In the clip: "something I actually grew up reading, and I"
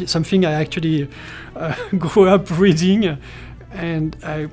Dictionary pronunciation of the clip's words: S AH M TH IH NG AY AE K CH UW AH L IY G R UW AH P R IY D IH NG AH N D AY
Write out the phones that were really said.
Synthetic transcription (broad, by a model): S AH M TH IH NG AY AE K CH UW AH L IY G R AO AH P R IY D IH NG AH N D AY